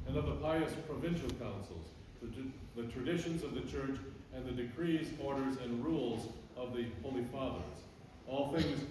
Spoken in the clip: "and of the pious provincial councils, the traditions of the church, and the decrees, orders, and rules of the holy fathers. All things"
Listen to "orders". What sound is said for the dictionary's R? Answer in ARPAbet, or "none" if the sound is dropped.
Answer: R